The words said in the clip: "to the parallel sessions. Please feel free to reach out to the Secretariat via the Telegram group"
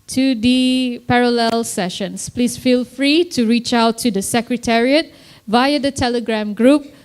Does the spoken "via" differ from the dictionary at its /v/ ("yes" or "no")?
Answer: no